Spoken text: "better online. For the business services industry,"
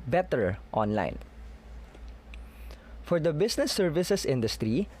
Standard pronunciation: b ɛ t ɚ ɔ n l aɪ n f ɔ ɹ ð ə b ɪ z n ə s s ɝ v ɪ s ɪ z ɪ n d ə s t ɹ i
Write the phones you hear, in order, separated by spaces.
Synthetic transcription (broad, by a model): b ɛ t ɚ ɔ n l aɪ n f ɔ ɹ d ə b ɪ s n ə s s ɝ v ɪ s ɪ s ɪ n d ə s t ɹ i